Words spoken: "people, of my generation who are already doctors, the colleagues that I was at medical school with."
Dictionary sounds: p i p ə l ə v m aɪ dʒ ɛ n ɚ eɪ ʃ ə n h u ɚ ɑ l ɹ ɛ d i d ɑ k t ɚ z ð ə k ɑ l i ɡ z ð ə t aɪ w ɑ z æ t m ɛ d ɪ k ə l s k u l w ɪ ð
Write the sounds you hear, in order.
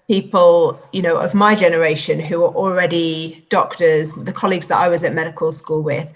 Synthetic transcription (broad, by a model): p i p ə l ə v m aɪ dʒ ɛ n ɚ eɪ ʃ ə n h u ɚ ɑ l ɹ ɛ d i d ɑ k t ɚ z ð ə k ɑ l i ɡ z ð ə t aɪ w ɑ z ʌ t m ɛ d ɪ k ə l s k u l w ɪ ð